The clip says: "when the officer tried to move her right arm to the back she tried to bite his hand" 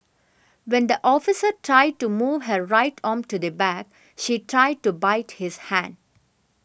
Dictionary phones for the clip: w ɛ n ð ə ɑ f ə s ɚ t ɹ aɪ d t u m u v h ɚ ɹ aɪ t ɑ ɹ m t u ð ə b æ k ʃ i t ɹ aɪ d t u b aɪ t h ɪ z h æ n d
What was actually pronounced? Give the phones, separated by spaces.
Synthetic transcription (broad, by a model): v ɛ n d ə ɑ f ə s ɚ t ɹ aɪ d t u m u v h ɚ ɹ aɪ t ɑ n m t u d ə b æ k ʃ i t ɹ aɪ d t u b aɪ t h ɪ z h æ n d